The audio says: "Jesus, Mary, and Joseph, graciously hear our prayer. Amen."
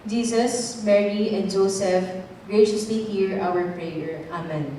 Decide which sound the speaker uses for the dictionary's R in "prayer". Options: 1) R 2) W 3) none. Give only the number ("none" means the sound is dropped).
1